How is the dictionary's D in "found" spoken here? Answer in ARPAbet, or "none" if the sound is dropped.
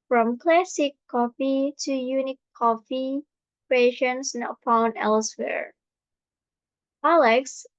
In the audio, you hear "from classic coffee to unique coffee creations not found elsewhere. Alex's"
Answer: none